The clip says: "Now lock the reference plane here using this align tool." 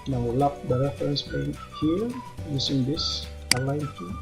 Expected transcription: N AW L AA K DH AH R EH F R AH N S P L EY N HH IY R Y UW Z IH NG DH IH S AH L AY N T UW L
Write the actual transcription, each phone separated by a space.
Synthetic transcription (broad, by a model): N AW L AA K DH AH R EH F R AH N S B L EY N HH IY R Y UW S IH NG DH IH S AH L AY N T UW